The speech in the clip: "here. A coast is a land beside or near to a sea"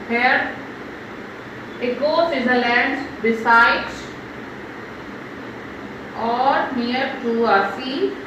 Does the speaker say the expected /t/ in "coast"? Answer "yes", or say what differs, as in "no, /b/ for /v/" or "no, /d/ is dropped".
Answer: no, /t/ is dropped